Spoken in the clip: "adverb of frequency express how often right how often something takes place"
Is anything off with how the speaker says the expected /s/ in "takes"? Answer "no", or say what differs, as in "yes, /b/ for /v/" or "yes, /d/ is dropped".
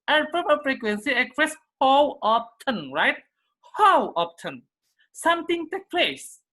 yes, /s/ is dropped